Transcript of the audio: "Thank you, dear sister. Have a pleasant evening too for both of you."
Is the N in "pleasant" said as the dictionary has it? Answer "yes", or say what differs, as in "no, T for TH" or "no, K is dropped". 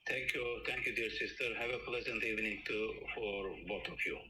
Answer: yes